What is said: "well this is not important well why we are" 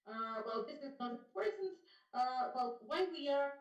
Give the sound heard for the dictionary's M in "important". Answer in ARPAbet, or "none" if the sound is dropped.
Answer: none